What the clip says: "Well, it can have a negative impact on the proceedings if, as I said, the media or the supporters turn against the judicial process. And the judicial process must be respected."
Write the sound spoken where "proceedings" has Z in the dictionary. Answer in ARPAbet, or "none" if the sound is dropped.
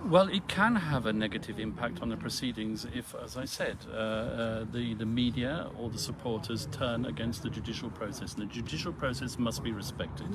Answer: Z